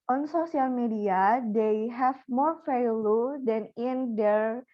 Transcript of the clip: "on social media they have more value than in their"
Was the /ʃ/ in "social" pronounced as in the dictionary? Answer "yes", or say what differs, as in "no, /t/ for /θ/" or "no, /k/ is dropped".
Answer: no, /s/ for /ʃ/